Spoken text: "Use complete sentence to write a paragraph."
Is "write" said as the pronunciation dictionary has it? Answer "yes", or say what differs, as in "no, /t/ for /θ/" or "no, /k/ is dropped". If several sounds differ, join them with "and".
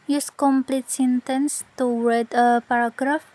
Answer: no, /w/ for /ɹ/